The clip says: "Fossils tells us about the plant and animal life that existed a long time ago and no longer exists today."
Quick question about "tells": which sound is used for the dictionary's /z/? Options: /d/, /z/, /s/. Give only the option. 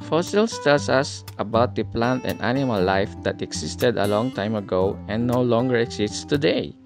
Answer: /s/